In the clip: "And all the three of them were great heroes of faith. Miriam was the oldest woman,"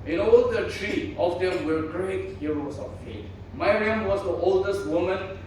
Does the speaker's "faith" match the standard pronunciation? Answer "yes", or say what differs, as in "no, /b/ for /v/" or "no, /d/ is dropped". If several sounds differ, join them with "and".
no, /t/ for /θ/